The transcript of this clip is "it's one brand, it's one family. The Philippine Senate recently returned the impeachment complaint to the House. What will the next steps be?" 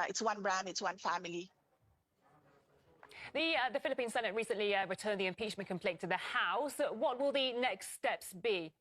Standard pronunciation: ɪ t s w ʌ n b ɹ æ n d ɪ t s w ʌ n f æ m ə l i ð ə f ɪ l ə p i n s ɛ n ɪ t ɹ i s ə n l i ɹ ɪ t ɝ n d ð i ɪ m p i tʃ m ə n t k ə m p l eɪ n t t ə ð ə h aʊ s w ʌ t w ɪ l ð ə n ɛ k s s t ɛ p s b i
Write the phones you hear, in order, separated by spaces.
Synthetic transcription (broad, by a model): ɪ t s w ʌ n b ɹ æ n ɪ t s w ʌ n f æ m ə l i ð ə f ɪ l ə p i n s ɛ n ɪ t ɹ i s ə n l i ɹ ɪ t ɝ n ð i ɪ m p i tʃ m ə n k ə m p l eɪ n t t ə ð ə h aʊ s w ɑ t w ɪ l ð ə n ɛ k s s t ɛ p s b i